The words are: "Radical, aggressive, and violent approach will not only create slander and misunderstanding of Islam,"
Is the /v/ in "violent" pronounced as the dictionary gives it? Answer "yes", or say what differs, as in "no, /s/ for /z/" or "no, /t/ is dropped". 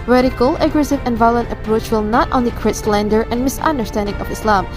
yes